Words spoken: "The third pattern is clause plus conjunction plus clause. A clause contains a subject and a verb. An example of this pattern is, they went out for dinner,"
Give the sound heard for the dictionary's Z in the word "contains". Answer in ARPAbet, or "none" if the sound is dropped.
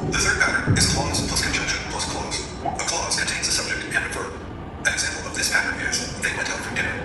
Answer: Z